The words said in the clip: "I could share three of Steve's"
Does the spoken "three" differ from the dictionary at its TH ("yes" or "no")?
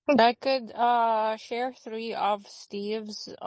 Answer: no